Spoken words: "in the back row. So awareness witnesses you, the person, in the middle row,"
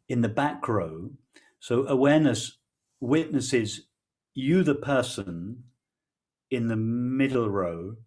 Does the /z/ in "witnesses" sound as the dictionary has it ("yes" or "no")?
yes